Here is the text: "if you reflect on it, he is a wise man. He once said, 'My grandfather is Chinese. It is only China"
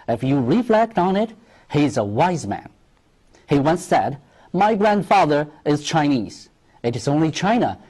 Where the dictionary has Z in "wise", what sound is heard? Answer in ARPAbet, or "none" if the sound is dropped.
Z